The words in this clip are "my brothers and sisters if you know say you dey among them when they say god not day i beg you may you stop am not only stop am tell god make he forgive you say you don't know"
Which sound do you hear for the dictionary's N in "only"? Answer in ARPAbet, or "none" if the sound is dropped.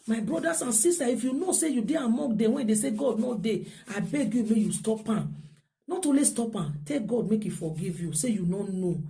none